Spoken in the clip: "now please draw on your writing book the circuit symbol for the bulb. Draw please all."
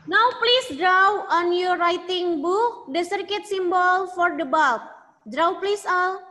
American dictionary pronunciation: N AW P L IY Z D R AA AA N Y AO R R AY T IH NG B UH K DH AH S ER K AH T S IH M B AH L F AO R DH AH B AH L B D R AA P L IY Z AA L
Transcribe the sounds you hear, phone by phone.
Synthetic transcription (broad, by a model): N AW P L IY S D R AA AA N Y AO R R AY T IH NG B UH K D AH S ER K AH T S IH M B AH L F AO R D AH B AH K D R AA P L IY S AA L